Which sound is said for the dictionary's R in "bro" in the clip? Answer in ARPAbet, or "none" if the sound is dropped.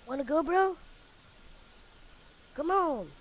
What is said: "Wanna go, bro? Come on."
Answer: R